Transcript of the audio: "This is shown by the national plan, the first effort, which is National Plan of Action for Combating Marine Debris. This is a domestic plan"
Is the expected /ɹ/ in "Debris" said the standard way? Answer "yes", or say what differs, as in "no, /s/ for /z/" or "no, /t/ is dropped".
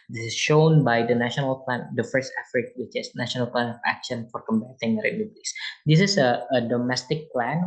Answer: no, /l/ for /ɹ/